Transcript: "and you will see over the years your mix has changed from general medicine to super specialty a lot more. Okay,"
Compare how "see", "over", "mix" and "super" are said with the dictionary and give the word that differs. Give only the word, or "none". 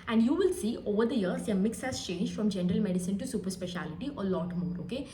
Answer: none